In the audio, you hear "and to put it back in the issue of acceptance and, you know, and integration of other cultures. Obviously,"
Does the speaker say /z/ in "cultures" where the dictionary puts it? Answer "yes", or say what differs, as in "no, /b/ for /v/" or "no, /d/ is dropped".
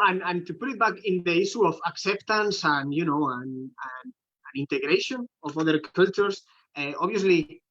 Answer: no, /s/ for /z/